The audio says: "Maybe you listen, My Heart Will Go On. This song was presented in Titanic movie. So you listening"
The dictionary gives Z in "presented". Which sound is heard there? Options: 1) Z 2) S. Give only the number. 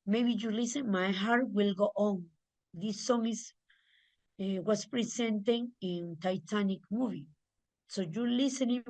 2